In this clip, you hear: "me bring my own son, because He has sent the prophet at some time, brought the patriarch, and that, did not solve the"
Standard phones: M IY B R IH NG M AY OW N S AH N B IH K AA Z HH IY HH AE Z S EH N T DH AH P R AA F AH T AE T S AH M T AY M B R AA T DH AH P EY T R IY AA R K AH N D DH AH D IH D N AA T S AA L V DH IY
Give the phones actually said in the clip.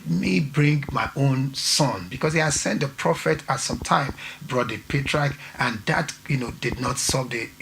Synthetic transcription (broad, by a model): M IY B R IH NG M AY OW N S AH N B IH K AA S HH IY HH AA S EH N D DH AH P R AA F AH T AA T S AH M T AY M B R AA T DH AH P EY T R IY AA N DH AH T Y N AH D IH D N AA T S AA V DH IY